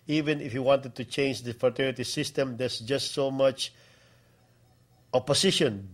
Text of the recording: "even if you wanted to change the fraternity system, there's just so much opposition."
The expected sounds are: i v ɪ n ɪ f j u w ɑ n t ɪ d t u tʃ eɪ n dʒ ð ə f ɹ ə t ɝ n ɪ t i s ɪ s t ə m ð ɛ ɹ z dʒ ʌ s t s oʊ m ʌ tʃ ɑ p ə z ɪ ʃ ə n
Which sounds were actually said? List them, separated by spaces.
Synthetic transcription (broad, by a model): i v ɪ n ɪ f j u w ɑ n t ɪ d t u tʃ eɪ n dʒ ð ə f ə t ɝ ɪ t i s ɪ s t ə m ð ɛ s dʒ ʌ s t s oʊ m ʌ tʃ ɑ p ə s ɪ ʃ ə n